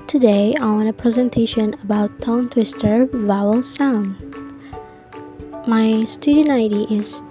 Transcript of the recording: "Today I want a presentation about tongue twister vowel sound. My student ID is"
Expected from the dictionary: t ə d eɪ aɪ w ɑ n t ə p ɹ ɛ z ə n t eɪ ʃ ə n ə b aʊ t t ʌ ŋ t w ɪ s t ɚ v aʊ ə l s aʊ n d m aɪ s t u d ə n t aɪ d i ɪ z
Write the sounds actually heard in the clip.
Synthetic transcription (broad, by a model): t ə d eɪ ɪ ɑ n ə p ɹ ɛ z ə n t eɪ ʃ ə n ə b aʊ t t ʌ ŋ t w ɪ s t ɚ v aʊ ə l s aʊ n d m aɪ s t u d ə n aɪ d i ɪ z